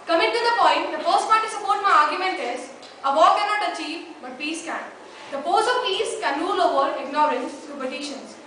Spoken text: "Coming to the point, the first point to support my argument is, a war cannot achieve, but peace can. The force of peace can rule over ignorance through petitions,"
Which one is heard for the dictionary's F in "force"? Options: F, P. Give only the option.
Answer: P